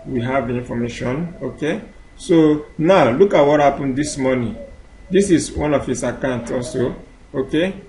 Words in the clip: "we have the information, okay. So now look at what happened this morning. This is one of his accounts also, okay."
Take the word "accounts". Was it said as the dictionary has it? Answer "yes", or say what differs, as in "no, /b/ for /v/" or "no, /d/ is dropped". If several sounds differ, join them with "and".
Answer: no, /s/ is dropped